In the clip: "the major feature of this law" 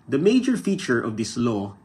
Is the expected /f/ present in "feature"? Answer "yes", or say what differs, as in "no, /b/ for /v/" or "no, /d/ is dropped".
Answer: yes